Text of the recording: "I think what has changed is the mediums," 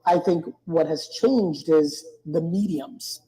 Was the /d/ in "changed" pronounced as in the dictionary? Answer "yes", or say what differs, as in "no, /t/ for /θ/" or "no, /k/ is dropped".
yes